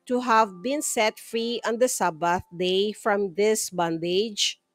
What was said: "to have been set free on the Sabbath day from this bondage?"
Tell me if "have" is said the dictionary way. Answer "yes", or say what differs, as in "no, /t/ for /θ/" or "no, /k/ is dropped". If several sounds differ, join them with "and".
yes